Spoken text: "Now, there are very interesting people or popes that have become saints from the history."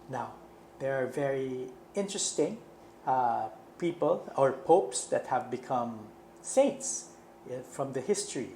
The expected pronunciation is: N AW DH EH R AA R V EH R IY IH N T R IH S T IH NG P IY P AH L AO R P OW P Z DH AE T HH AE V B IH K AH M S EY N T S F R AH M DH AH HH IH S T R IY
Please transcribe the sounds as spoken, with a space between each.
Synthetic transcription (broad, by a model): N AW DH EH R AA R V EH R IY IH N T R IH S T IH NG P IY P AH L AO R P OW P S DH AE T HH AE V B IH K AH M S EY N T S F R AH M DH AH HH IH S T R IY